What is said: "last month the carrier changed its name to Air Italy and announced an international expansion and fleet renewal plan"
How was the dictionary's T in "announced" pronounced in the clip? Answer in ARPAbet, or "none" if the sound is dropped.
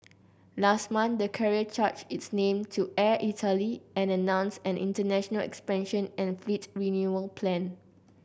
none